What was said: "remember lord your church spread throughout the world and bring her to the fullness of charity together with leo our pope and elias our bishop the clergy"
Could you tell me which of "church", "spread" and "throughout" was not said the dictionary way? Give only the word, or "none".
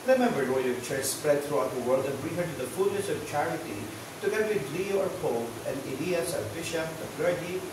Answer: throughout